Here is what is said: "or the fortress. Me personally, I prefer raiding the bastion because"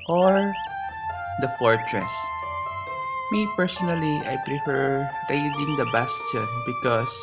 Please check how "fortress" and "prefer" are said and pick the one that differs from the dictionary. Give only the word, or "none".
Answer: none